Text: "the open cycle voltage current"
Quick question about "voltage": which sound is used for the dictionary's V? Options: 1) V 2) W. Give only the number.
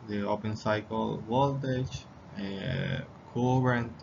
2